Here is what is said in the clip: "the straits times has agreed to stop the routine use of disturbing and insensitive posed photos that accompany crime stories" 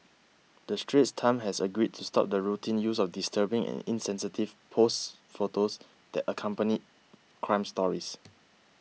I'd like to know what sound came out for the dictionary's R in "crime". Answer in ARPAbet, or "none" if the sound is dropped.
R